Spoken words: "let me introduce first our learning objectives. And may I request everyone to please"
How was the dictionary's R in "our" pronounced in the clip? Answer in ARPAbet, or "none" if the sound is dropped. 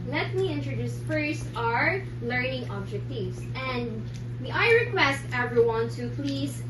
R